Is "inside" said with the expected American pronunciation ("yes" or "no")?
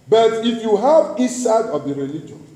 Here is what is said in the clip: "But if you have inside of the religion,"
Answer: no